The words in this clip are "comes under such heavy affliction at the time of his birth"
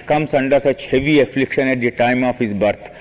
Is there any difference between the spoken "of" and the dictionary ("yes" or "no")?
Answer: yes